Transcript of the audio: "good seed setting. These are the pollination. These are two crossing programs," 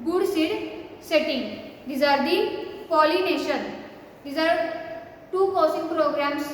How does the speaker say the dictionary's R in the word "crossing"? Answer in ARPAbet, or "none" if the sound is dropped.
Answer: none